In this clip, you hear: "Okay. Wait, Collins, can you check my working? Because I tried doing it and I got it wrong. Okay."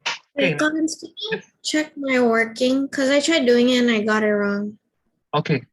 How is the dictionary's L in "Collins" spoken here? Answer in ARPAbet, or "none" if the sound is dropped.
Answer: none